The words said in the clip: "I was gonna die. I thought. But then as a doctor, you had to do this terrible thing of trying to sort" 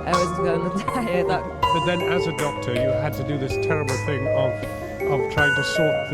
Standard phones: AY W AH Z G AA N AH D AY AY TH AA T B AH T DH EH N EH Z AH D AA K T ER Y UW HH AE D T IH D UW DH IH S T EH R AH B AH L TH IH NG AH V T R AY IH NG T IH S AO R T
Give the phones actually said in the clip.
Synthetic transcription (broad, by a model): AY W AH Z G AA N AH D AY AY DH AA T B AH T DH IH N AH Z AH D AA K T ER Y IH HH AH D T IH D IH DH IH S T EH R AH B L TH IH NG AH V T R AY IH NG T IH S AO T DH